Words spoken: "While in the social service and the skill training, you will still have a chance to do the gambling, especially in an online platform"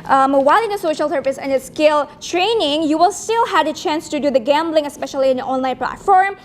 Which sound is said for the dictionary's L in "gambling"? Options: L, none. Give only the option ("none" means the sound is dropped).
L